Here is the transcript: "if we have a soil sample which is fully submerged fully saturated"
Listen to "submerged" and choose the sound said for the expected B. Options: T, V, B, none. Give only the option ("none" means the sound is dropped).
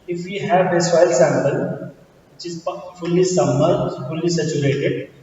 none